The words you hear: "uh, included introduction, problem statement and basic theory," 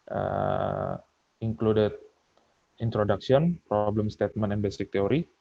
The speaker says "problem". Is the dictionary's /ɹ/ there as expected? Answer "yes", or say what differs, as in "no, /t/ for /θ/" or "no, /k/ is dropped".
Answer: yes